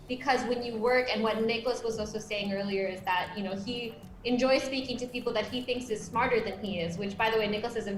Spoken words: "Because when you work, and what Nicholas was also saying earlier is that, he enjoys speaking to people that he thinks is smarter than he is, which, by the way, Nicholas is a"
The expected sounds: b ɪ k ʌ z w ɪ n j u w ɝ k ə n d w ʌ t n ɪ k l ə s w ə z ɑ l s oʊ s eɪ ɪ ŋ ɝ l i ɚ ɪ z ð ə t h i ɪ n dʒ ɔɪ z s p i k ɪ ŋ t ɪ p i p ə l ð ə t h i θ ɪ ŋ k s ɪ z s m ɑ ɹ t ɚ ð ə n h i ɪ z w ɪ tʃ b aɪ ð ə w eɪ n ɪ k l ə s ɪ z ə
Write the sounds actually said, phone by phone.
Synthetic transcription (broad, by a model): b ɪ k ʌ z w ɪ n j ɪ w ɝ k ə n w ʌ t n ɪ k l ə s w ə z ɑ l s oʊ s eɪ ɪ ŋ ɝ l i ɚ ɪ z ð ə t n i ɪ n dʒ ɔɪ z s p i k ɪ ŋ t ɪ p i p l ð ə t h i θ ɪ ŋ k s ɪ z s m ɑ ɹ t ɚ ð ə n i ɪ z w ɪ tʃ b aɪ ð ə w eɪ n ɪ k l ə s ɪ z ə